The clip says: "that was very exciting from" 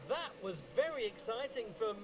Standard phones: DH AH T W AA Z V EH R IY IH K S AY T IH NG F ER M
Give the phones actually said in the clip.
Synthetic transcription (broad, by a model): DH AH T W AA Z V EH R IY IH K S AY T IH NG F ER M